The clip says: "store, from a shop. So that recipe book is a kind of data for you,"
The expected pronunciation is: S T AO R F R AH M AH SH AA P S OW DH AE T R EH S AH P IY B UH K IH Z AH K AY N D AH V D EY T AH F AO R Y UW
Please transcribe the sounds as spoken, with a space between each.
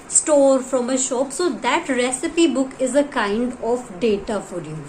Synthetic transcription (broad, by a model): S T AO R F R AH M AH SH AA P S OW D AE T R EH S AH P IY B UH K IH Z AH K AY N D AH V D EY T AH F AO R Y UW